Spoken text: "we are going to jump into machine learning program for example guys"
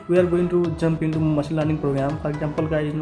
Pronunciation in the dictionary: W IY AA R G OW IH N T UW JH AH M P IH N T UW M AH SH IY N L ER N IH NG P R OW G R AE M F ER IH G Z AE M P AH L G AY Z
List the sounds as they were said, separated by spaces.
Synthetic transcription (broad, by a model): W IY AA R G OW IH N T UW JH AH M P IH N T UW M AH S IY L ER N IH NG P R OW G R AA M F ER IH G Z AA M P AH L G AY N